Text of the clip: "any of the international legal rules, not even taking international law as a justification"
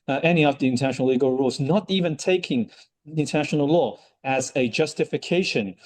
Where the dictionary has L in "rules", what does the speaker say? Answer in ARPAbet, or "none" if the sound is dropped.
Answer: L